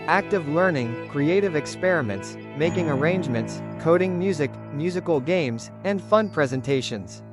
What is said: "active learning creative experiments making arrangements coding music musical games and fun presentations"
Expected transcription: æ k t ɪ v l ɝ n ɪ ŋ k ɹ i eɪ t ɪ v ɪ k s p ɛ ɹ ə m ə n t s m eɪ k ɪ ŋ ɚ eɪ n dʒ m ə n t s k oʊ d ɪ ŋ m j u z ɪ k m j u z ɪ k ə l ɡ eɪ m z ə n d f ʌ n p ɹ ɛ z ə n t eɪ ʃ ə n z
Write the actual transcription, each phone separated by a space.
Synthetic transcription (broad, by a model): æ k t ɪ v l ɝ n ɪ ŋ k ɹ i eɪ t ɪ v ɪ k s p ɛ ɹ ə m ə n t s m eɪ k ɪ ŋ ɚ eɪ n dʒ m ə n t s k oʊ d ɪ ŋ m j u z ɪ k m j u z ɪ k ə l ɡ eɪ m z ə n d f ʌ n p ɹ ɛ z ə n t eɪ ʃ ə n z